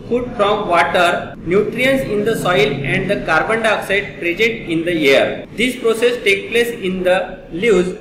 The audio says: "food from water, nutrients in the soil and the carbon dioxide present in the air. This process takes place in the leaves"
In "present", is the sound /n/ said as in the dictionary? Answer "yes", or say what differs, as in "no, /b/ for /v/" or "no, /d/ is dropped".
no, /n/ is dropped